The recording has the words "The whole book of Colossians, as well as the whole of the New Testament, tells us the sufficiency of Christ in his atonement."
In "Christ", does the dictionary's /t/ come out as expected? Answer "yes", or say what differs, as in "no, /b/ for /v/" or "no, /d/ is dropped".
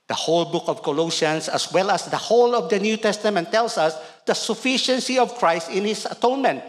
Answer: yes